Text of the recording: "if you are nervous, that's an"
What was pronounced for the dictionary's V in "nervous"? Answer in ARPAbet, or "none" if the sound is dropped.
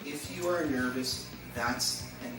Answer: V